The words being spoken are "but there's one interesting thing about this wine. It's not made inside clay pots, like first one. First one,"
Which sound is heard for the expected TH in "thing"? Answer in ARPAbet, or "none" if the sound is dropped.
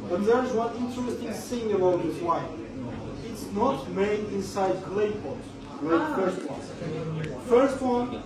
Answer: S